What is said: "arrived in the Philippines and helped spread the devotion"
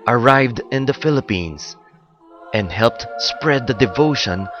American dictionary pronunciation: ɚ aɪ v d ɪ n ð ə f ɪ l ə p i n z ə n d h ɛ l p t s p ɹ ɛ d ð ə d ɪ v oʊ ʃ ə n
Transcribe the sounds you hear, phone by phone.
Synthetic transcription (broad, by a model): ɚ aɪ v d ɪ n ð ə f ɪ l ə p i n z ə n d h ɛ l p t s p ɹ ɛ d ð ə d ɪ v oʊ ʃ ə n